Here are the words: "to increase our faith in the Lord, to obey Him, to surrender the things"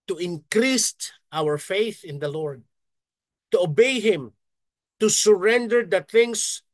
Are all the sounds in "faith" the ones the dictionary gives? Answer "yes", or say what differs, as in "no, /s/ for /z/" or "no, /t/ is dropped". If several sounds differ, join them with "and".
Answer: yes